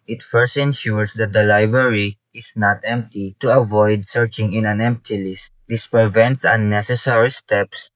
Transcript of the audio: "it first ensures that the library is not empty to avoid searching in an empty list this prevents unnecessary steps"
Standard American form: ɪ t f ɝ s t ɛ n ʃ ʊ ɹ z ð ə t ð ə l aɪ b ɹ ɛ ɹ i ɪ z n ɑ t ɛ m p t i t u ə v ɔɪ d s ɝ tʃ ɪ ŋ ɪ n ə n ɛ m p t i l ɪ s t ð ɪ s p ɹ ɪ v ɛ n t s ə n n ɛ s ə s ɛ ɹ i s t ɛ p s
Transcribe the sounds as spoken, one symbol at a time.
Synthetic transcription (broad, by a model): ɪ t f ɝ s t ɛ n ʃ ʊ ɹ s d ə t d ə l aɪ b ɹ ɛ ɹ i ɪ s n ɑ t ɛ m p t i t u ə v ɔɪ d s ɝ tʃ ɪ ŋ ɪ n ə n ɛ m p t i l ɪ s t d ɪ s p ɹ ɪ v ɛ n t s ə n n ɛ s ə s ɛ ɹ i s t ɛ p s